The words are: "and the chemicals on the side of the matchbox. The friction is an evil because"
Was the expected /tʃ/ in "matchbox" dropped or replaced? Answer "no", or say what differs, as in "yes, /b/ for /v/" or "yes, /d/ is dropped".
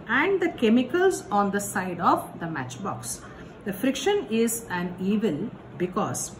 no